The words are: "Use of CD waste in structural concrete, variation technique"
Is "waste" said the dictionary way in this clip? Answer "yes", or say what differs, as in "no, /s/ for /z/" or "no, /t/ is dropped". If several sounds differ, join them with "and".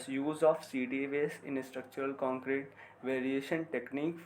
no, /t/ is dropped